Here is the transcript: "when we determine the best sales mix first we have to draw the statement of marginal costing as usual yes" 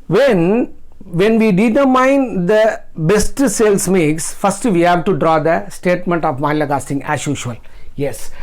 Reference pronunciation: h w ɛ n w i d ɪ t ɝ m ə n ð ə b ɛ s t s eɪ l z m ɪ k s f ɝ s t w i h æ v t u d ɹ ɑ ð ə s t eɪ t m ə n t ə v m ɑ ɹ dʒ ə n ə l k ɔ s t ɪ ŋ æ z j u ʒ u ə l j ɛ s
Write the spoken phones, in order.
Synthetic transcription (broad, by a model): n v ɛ n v i d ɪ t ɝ m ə n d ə b ɛ s t s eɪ l s m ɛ k s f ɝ s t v i h æ v t u d ɹ ɑ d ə s t eɪ t m ə n t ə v m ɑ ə l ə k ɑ s t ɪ ŋ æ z j u ʃ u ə l j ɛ s